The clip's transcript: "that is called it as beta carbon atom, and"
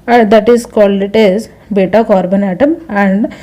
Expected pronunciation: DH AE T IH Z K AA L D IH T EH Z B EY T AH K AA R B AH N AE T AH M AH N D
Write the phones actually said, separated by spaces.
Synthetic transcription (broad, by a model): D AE T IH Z K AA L IH T EH Z B EY T AH K AA R B AH N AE T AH M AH N D